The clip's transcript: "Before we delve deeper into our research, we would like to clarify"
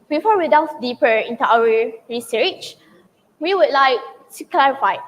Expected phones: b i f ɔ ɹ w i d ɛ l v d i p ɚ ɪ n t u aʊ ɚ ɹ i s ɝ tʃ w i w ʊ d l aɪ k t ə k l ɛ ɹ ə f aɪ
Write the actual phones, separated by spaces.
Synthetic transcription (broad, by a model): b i f ɔ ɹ w i d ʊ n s d i p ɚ ɪ n t u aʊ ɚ ɹ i s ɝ tʃ w i w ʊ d l aɪ k s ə k l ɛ ɹ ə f aɪ